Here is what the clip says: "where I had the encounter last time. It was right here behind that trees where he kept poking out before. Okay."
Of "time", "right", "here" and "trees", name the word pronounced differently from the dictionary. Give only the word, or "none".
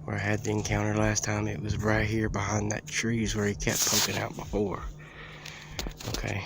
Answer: none